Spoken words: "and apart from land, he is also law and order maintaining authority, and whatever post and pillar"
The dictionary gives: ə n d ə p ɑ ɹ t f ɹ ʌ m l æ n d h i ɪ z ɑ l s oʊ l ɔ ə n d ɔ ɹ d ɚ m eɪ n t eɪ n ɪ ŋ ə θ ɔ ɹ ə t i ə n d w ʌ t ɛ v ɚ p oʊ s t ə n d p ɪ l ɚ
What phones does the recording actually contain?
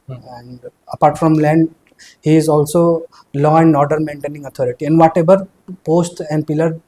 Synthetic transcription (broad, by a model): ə n d ə p ɑ ɹ t f ɹ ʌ m l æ n d h i ɪ z ɑ l s oʊ l ɔ ə n d ɔ ɹ d ɚ m eɪ n t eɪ n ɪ ŋ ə t ɔ ɹ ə t i ə n d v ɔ t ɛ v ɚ p oʊ s t ə n d p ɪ l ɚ